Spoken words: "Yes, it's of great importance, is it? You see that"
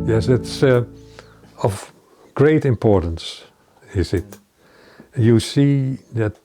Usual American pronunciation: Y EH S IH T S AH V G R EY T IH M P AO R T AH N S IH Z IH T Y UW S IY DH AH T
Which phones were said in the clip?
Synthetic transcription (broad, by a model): Y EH S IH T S AH V G R EY T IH M P AO R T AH N S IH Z IH T Y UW S IY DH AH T